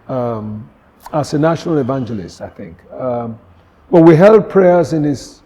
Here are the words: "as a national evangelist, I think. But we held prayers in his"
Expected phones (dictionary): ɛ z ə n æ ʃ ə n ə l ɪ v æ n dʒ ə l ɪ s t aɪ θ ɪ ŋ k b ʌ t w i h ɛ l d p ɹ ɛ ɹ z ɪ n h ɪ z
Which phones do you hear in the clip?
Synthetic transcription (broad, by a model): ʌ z ə n æ ʃ ə n ə l ɪ v æ n dʒ ə l ɪ s t aɪ θ ɪ ŋ k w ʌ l w i h ɛ l d p ɹ ɛ ɹ z ɪ n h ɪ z